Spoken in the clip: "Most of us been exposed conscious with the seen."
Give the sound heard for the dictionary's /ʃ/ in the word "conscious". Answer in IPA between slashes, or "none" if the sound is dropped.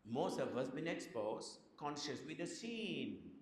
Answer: /ʃ/